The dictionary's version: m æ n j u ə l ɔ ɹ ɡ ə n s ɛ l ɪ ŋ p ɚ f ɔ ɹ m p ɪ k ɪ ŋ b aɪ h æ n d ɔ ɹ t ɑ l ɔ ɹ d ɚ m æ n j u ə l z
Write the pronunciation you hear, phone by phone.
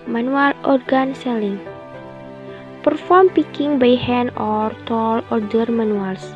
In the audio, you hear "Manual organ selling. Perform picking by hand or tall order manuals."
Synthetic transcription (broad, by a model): m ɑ n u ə l ɔ ɹ ɡ ə n s ɛ l ɪ ŋ p ɚ f ɔ ɹ m p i k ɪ ŋ b aɪ h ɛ n ɔ ɹ t ɑ l ɔ ɹ d ɚ m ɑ n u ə l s